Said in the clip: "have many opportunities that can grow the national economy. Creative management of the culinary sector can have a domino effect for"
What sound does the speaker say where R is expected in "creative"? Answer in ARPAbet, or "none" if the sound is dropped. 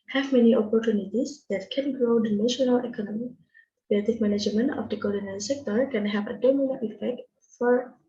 L